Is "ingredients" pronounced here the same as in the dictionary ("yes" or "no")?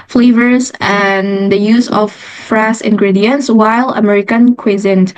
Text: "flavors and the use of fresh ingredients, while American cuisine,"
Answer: yes